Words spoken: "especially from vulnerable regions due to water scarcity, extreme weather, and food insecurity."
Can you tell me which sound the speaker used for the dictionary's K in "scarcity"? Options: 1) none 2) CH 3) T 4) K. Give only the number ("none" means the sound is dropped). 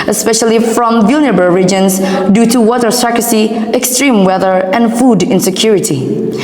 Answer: 1